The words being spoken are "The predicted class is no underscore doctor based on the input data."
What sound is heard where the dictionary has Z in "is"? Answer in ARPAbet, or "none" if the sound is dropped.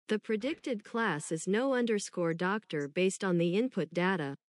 Z